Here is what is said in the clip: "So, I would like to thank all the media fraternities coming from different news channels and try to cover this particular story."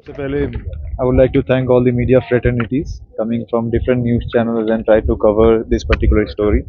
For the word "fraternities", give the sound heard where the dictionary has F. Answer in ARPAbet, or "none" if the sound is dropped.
F